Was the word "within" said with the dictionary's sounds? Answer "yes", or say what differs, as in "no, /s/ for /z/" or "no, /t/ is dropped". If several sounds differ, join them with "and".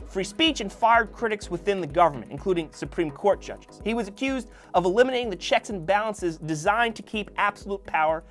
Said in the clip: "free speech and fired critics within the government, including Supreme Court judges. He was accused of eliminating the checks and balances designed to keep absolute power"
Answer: yes